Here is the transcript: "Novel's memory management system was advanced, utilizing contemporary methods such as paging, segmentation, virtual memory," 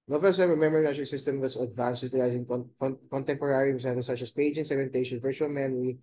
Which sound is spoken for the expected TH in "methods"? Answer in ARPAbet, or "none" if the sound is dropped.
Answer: T